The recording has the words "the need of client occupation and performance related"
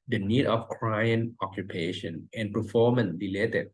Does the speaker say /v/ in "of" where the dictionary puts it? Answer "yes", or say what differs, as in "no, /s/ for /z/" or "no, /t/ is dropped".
no, /f/ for /v/